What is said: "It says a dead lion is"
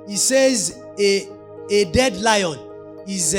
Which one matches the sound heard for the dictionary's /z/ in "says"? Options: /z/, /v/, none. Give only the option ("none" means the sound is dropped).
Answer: /z/